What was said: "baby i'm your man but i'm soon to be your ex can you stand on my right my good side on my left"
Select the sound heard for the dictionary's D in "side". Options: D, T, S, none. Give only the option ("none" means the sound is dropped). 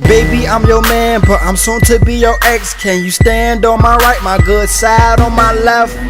D